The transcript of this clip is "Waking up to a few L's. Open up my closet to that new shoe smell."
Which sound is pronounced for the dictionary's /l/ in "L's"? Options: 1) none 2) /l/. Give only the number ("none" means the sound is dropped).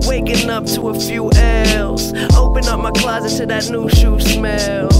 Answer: 2